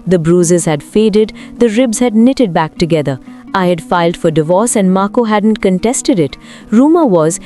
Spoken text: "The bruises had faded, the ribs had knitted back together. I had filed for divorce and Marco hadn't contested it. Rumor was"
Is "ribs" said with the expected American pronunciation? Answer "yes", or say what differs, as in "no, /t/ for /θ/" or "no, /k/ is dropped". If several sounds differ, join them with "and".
yes